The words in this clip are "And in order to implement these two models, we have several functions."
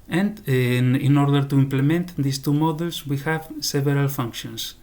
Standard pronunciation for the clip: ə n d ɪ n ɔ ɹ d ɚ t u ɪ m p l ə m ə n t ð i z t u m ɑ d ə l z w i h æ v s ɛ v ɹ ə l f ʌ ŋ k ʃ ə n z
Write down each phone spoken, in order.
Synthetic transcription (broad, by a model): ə n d ɪ n ɔ ɹ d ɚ t u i m p l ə m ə n t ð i s t u m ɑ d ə l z w i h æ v s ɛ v ɹ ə l f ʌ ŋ k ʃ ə n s